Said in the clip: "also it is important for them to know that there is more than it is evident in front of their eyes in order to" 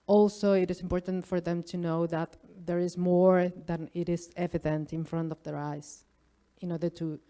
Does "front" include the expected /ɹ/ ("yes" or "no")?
yes